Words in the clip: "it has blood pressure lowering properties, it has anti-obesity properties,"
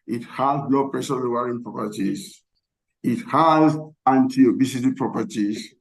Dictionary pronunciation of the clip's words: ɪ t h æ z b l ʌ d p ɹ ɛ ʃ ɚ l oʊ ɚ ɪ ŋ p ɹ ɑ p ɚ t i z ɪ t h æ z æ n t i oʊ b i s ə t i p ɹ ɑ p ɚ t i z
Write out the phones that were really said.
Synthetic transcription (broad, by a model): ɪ t h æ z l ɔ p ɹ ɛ s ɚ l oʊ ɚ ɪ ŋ p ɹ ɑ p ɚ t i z ɪ t h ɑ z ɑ n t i oʊ b i s ə t i p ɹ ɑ p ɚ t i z